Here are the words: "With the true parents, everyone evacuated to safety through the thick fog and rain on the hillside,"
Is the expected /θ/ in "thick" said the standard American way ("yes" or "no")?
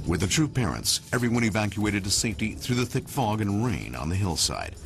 yes